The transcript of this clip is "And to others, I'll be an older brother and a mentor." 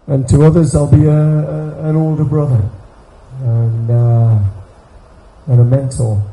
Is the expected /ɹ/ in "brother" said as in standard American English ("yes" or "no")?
yes